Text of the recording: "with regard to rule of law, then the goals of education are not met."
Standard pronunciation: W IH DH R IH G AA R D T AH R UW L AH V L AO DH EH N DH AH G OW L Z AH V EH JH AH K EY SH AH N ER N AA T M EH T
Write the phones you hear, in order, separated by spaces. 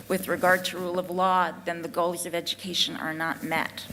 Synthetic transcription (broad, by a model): W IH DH R IH G AA R D T AH R UW L AH V L AO DH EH N DH AH G OW L Z AH V EH JH AH K EY SH AH N ER N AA T M EH T